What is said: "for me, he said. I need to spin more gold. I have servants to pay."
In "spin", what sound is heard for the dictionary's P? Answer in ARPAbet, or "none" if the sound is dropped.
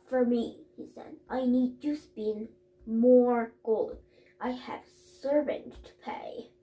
B